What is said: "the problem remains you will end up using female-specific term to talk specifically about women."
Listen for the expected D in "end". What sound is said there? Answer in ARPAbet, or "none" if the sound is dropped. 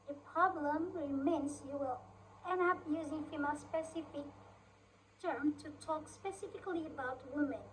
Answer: none